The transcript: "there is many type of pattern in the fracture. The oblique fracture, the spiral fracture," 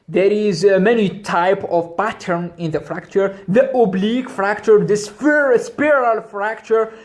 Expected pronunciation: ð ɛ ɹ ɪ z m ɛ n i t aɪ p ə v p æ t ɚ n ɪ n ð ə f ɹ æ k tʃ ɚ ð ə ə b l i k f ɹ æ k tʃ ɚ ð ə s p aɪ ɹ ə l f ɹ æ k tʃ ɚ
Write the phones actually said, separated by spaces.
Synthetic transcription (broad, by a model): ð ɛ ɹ ɪ z m ɛ n i t aɪ p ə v p æ t ɚ n ɪ n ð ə f ɹ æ k tʃ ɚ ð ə ə b l i k f ɹ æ k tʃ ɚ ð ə s p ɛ ɹ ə l f ɹ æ k tʃ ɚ